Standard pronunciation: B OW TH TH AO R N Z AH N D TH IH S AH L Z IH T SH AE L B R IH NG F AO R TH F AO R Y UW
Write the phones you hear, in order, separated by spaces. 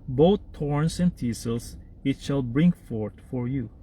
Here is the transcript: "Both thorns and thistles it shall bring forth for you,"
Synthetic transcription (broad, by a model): B OW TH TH AO R N S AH N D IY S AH L S IH T SH AE L B R IH NG F AO R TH F AO R Y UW